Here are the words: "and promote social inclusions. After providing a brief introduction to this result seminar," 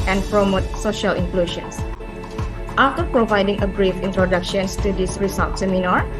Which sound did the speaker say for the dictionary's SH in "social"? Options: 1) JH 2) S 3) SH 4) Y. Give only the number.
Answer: 3